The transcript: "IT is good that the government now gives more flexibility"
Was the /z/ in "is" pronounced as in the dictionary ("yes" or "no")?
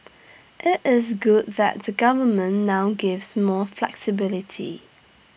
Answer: yes